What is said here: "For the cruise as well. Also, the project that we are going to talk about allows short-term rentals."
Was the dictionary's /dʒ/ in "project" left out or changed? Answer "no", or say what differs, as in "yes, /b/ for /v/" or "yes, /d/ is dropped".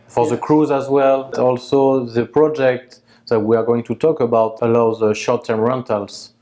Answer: no